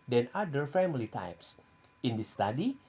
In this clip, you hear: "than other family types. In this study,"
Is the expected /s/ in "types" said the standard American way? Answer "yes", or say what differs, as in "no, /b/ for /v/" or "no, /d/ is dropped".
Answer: yes